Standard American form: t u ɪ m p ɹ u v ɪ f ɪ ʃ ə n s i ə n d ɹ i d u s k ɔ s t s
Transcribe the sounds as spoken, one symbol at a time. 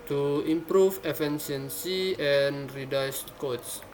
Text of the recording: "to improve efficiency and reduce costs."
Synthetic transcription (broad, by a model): t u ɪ m p ɹ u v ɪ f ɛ s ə n s i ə n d ɹ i d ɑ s k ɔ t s